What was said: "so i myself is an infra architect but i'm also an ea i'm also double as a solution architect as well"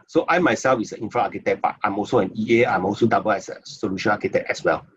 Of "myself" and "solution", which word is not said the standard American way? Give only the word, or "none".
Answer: none